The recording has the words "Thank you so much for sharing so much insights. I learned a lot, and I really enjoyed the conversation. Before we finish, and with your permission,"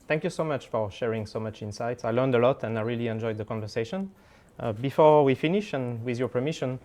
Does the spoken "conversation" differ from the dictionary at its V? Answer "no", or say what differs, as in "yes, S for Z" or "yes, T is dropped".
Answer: no